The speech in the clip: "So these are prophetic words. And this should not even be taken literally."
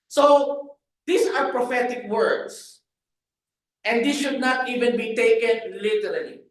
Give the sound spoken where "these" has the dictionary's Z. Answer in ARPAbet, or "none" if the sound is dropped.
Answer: S